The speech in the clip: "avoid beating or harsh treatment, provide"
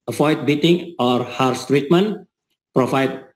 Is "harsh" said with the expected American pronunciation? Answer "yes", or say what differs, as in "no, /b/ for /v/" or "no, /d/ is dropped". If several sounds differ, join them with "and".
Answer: no, /s/ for /ʃ/